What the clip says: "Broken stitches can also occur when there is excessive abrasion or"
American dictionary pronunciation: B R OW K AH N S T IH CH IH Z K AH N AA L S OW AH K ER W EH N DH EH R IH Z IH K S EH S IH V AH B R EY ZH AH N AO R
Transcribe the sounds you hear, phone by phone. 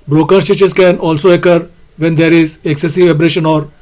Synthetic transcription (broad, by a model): B R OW K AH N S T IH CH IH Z K AH N AA L S OW AH K ER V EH N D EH R IH Z IH K S EH S IH V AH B R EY SH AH N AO R